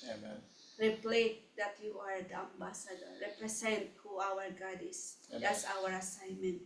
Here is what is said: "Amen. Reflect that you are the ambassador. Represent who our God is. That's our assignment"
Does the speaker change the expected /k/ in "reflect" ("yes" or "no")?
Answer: yes